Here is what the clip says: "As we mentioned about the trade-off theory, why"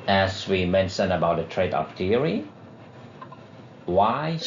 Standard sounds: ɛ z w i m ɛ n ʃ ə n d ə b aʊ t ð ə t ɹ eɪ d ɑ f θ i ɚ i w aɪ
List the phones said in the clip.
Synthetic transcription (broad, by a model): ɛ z w i m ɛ n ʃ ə n ə b aʊ t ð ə t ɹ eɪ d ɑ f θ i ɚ i w aɪ